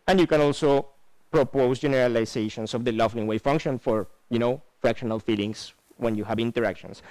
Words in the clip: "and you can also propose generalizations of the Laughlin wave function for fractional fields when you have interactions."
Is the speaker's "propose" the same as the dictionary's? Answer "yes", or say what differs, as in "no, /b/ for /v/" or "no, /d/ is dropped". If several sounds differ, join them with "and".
no, /s/ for /z/